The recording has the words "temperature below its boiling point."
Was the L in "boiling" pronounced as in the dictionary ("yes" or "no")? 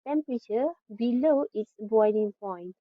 no